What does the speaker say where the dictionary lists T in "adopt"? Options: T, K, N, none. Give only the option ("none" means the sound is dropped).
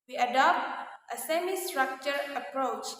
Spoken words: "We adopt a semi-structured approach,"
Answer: T